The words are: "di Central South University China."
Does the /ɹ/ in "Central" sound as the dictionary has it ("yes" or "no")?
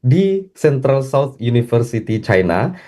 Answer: yes